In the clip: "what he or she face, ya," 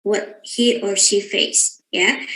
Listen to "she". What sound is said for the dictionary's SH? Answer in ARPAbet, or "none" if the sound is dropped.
SH